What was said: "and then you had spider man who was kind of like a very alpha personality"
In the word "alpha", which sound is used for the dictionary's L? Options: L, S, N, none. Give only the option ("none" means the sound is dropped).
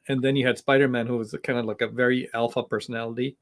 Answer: L